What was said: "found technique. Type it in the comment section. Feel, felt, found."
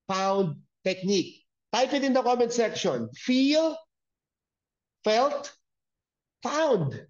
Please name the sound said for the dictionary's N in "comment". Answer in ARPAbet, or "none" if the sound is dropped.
N